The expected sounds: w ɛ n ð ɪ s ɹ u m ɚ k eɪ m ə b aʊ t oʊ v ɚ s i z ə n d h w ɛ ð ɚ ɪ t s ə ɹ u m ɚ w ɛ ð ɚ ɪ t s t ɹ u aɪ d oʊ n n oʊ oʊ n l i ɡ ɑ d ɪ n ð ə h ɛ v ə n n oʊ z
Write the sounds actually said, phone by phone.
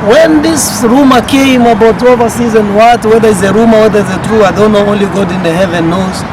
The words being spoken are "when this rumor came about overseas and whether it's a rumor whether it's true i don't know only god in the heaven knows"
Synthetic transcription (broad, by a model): w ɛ n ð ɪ s ɹ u m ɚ k eɪ m ə b aʊ t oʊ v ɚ s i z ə n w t w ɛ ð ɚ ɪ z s ə ɹ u m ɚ w ɛ ð ɚ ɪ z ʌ t ɹ u aɪ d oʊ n n oʊ oʊ n l i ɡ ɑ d ɪ n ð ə h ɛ v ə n n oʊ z